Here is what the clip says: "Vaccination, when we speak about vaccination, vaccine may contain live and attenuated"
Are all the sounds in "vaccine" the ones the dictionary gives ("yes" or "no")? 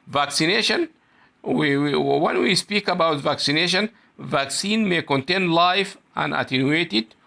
yes